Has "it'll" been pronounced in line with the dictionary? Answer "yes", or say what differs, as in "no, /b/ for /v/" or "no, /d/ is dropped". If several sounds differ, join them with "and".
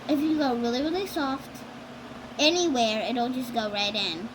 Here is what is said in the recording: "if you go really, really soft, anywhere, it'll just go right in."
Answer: no, /n/ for /l/